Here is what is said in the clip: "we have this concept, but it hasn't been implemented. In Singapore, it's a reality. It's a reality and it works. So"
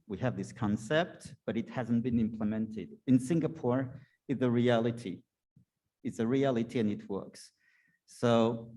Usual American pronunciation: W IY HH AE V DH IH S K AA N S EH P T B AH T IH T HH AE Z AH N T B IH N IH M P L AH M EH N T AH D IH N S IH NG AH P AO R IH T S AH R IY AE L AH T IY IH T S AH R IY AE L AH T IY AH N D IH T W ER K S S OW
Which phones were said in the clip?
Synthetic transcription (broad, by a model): W IY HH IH V DH IH S K AA N S EH P T B AH T IH T HH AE Z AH N B IH N IH M P L AH M EH N T AH D IH N S IH NG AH P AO R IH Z AH R IY AE L AH T IY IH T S AH R IY AE L AH T IY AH N IH T W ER K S S OW